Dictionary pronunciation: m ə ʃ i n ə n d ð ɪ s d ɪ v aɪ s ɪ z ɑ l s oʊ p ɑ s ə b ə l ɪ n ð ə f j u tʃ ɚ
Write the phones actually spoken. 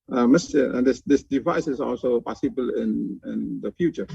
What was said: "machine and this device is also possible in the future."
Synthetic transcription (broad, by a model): m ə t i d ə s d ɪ s d ɪ v aɪ s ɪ s ɑ l s oʊ p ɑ s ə b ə l ɪ n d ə f j u tʃ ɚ